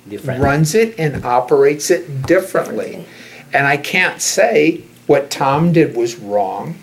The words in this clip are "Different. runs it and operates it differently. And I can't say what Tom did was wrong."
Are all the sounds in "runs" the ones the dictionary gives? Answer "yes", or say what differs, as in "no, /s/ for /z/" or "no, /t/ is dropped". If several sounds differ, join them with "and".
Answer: yes